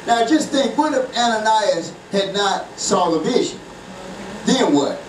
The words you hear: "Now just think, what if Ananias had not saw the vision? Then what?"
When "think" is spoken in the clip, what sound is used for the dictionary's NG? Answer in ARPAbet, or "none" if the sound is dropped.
none